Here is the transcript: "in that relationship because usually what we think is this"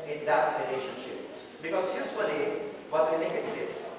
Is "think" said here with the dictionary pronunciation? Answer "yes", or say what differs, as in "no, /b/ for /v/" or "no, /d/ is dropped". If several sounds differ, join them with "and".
no, /ŋ/ is dropped